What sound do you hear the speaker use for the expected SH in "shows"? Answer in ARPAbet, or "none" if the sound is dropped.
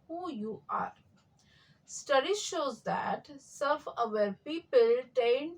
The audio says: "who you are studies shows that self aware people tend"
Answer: SH